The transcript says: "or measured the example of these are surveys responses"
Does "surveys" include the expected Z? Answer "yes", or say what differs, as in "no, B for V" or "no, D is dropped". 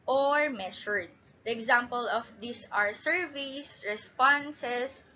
no, S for Z